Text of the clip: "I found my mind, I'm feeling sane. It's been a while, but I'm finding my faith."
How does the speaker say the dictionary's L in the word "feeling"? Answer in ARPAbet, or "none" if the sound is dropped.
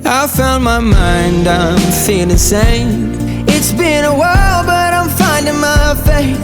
N